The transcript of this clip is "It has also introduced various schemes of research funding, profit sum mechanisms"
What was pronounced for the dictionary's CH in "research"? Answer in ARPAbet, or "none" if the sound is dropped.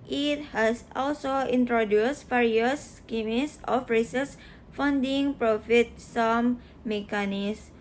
S